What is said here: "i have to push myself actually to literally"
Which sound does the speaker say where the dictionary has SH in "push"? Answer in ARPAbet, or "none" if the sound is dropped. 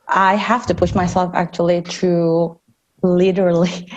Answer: SH